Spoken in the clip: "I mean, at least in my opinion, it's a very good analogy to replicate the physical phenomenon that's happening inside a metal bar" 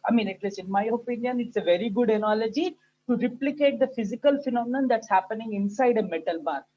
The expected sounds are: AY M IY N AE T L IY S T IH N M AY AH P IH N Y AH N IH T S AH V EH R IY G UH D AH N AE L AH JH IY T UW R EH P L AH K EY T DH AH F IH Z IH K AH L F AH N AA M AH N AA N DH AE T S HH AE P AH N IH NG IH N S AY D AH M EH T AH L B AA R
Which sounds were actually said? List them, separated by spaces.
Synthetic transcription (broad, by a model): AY M IY N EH T L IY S IH N M AY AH P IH N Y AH N IH T S AH V EH R IY G UH D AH N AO L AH JH IY T UW R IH P L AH K EY T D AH F IH Z IH K AH L F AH N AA M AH N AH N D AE T S HH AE P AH N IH NG IH N S AY D AH M EH T AH L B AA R